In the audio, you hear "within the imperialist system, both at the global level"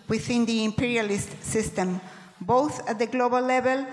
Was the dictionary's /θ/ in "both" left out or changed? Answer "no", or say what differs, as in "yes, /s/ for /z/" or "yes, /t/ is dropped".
no